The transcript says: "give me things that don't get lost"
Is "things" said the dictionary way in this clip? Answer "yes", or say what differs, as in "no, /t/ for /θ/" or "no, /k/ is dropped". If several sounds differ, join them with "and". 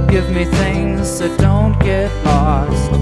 yes